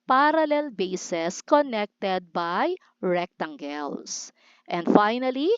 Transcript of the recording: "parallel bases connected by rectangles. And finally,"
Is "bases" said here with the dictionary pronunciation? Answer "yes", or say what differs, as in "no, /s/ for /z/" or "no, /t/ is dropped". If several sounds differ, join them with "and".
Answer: no, /s/ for /z/